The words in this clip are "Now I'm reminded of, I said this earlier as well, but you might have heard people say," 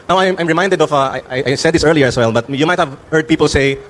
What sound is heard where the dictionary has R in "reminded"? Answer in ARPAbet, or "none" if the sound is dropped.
R